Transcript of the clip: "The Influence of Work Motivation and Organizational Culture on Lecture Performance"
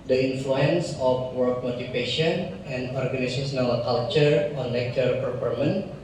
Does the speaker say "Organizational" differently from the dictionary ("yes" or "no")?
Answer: yes